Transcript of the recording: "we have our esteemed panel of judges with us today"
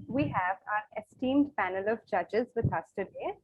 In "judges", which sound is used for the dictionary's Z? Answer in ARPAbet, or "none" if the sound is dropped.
Z